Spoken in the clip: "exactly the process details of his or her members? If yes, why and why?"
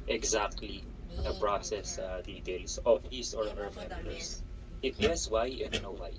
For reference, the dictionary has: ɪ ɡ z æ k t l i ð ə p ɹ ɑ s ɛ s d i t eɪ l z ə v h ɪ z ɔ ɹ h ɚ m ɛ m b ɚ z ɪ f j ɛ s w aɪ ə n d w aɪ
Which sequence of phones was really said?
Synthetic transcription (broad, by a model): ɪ ɡ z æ k t l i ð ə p ɹ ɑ s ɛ s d i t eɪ l s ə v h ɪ s ɔ ɹ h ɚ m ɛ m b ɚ s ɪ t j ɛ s w aɪ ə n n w aɪ